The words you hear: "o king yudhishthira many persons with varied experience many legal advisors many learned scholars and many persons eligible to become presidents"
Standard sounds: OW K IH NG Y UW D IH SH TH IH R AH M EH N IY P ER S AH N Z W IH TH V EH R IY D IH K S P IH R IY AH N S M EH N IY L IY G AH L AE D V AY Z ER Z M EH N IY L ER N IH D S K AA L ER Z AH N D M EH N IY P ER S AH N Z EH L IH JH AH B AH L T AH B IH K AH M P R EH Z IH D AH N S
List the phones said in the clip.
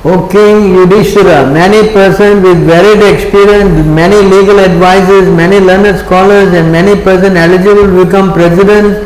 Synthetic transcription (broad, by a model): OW K IH NG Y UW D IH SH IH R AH M EH N IY P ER S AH N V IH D V EH R IY D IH K S P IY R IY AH N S M EH N IY L IY G AH L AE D V AY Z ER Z M EH N IY L ER N IH D S K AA L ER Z AH N D M EH N IY P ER S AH N EH L IH JH AH B AH L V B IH K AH M P R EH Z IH D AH N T